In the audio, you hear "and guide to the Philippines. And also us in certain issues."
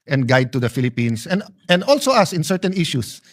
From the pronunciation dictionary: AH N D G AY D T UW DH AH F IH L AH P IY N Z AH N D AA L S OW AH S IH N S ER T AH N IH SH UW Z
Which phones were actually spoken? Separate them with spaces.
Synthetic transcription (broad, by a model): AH N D G AY D T UW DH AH F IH L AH P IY N S AH N D AA L S OW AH S IH N S ER T AH N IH SH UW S